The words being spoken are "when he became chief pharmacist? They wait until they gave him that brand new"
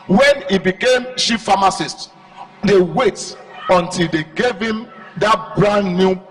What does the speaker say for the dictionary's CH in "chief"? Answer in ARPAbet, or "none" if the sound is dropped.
SH